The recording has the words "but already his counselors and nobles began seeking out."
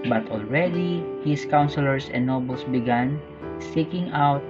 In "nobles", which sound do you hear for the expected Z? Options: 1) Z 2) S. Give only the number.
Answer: 2